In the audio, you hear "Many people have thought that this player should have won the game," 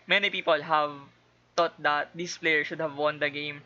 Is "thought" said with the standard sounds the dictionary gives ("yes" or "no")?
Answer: no